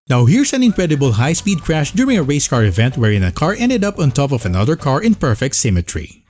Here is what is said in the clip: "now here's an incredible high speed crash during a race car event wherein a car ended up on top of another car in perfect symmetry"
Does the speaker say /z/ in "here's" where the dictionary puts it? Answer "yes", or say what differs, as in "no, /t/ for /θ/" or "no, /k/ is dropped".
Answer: no, /s/ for /z/